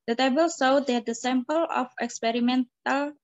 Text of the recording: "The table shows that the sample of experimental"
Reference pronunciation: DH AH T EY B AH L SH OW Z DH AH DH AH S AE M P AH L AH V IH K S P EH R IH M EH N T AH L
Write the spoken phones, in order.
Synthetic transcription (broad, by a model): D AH T EY B AH L S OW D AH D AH S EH M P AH L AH F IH K S P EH R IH M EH N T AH L